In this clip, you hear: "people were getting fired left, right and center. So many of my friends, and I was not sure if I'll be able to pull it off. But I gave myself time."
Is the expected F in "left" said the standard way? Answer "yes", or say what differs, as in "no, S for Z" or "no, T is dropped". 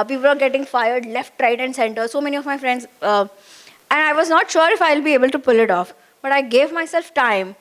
yes